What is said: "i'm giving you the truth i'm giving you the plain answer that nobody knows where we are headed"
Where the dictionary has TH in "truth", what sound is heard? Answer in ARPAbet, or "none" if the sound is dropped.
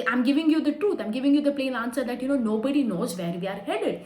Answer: T